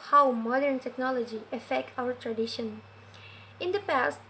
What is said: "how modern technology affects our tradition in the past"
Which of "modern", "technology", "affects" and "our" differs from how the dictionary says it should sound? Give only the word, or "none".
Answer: affects